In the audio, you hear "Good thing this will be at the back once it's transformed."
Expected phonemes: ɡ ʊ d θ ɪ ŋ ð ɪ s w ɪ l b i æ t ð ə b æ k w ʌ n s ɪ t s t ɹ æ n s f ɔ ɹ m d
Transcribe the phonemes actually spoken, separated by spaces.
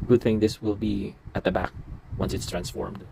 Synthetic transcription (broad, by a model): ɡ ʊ d θ ɪ ŋ ð ɪ s w ɪ l b i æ t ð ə b æ k w ʌ n s ɪ t s t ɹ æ n s f ɔ ɹ m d